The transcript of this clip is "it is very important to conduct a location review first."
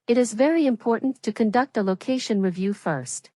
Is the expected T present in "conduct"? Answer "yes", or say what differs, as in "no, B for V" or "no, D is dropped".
yes